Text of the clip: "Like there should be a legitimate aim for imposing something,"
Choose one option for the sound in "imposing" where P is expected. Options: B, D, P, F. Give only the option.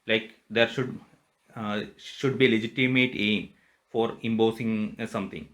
B